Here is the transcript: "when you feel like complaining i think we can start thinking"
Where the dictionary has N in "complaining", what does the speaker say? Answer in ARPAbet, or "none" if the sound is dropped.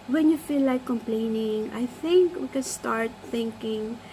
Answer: N